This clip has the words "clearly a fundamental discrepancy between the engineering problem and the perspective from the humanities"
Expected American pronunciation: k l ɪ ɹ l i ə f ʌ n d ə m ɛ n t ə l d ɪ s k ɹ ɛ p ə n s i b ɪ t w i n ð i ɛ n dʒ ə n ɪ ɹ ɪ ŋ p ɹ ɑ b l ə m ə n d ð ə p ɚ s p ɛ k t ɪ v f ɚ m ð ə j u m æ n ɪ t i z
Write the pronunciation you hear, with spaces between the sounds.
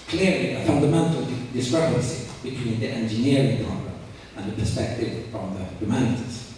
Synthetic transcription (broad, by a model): k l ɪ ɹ l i ə f ʌ n d ə m ɛ n t ə l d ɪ s k ɹ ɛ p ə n s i b ɪ t w i n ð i ɛ n dʒ ə n ɪ ɹ ɪ ŋ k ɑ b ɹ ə ə n ð ə p ɚ s p ɛ k t ɪ v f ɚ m ð ə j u m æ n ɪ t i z